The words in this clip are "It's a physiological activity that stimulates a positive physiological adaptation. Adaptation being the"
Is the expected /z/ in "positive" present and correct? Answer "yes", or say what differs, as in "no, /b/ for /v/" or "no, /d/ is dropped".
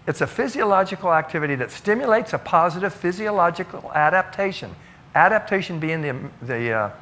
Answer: yes